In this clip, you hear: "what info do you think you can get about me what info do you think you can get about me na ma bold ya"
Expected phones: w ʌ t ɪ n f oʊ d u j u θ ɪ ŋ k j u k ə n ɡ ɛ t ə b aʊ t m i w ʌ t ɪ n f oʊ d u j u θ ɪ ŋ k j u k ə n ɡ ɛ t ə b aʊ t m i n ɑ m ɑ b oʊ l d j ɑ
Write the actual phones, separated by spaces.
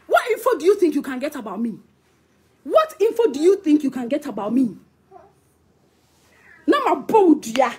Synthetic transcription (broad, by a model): w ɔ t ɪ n f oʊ d u j u θ ɪ ŋ k j u k ə n ɡ ɛ t ə b aʊ t m i w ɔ t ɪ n f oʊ d u j u θ ɪ ŋ k j u k ə n ɡ ɛ t ə b aʊ t m i n ɑ m ɑ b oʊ d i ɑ